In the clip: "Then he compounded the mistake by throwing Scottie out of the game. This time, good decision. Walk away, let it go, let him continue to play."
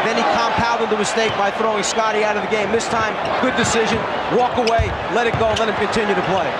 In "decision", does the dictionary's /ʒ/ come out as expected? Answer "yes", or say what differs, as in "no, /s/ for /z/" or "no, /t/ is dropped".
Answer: yes